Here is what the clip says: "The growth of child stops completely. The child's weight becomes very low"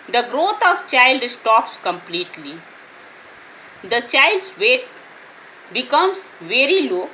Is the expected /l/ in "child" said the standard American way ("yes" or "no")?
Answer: yes